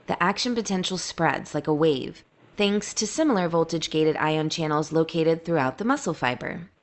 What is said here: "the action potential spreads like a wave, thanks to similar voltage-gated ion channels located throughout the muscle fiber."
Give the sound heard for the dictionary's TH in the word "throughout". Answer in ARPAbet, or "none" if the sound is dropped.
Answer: TH